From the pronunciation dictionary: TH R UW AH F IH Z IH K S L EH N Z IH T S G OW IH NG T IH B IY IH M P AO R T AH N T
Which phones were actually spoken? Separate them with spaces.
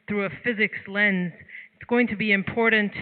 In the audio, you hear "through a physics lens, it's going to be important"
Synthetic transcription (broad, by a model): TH R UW AH F IH Z IH K S L EH N Z IH T S G OW IH NG T IH B IY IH M P AO R T N T